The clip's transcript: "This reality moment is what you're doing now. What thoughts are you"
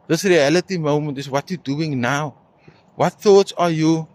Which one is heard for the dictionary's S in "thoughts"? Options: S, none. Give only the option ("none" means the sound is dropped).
S